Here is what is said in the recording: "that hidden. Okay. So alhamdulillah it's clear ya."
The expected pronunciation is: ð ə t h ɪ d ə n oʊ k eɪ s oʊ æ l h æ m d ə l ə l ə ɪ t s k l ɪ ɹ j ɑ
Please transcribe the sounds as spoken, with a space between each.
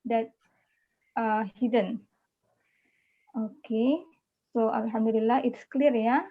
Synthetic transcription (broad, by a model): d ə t h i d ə n oʊ k eɪ s oʊ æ l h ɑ m d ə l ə l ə ɪ t s k l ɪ ɹ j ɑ